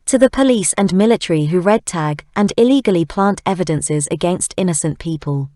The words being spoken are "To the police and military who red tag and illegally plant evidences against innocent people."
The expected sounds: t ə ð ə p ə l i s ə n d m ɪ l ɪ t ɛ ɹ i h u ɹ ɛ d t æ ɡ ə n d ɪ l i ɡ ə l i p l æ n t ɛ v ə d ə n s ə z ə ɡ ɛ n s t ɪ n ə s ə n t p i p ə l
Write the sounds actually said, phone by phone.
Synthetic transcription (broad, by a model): t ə ð ə p ə l i s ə n m ɪ l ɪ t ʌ ɹ i h u ɹ ɛ d t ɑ ɡ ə n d ɪ l i ɡ ə l i p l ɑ n t ɛ v ə d ə n s ə z ə ɡ ɛ n s t ɪ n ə s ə n p i p ə l